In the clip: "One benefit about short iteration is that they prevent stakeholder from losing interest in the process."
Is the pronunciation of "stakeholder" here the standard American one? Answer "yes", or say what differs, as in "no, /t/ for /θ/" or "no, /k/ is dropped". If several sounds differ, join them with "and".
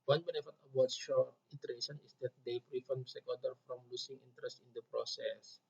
no, /l/ is dropped